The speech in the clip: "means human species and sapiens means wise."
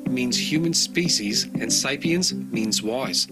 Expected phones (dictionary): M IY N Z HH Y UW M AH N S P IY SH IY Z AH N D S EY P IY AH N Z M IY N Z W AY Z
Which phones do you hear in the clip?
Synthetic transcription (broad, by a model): M IY N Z HH Y UW M AH N S P IY SH IY Z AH N S EY P IY AH N Z M IY N Z W AY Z